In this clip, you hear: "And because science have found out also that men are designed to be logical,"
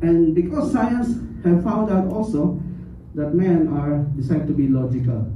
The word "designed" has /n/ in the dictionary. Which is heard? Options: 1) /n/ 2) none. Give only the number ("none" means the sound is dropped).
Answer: 2